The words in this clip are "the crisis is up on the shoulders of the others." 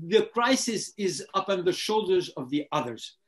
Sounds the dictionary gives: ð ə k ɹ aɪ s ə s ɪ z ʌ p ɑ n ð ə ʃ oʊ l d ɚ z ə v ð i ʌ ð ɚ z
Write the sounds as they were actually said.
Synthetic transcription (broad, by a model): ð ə k ɹ aɪ s ə s ɪ z ʌ p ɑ n ð ə ʃ oʊ l d ɚ z ə v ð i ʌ ð ɚ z